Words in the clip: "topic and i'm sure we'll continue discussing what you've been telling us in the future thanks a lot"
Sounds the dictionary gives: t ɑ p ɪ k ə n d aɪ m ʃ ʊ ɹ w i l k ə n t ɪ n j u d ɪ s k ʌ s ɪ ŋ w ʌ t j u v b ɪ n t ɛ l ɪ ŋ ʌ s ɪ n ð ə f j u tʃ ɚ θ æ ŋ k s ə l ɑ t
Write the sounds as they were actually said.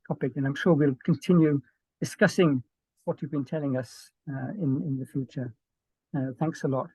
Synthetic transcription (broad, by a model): t ɑ p ɪ k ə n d aɪ m ʃ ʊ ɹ w i l k ə n t ɪ n j u d ɪ s k ʌ s ɪ ŋ w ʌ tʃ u v b ɪ n t ɛ l ɪ ŋ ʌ s ɪ n ð ə f j u tʃ ɚ θ æ ŋ k s ə l ɑ t